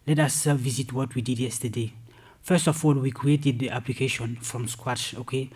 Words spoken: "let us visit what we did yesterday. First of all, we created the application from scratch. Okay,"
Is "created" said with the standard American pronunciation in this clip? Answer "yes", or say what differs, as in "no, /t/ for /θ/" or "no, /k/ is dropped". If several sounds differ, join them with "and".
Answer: yes